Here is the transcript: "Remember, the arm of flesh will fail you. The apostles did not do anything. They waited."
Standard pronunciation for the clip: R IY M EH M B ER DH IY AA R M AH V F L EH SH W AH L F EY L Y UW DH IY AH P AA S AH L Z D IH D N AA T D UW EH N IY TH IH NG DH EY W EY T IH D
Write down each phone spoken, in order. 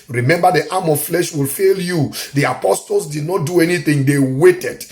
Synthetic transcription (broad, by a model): R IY M EH M B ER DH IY AA M AH V F L EH SH W AH L F EY L Y UW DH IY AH P AA S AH L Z D IH D N AA T D UW EH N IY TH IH NG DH EY W EY T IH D